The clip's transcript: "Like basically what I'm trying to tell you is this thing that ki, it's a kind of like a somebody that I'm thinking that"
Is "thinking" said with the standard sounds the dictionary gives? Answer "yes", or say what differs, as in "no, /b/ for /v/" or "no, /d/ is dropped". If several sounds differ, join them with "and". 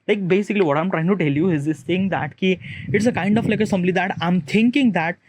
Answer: no, /t/ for /θ/